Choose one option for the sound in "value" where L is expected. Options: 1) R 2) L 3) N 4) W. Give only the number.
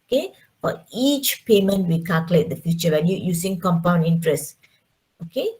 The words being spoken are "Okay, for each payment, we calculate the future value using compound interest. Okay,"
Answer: 3